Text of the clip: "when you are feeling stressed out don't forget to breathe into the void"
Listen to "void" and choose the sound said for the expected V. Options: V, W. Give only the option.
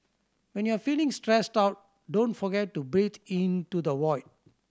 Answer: W